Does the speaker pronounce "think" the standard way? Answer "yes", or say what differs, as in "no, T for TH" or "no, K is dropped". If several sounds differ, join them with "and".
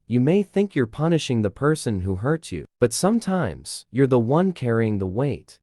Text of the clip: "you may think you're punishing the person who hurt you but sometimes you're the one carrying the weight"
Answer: yes